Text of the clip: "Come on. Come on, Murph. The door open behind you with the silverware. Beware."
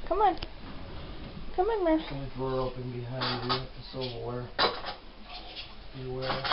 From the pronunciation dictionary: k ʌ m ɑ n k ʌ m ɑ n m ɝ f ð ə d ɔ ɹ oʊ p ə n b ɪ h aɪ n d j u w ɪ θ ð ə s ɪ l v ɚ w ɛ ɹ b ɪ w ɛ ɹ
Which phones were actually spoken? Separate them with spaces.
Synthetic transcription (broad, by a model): k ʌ m ɑ n k ʌ m ɑ n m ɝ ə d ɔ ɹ oʊ p ə n b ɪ h aɪ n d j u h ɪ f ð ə s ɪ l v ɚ w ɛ ɹ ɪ w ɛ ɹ